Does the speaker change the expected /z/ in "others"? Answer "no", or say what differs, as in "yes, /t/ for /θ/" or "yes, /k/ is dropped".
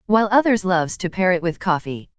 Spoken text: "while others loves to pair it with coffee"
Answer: no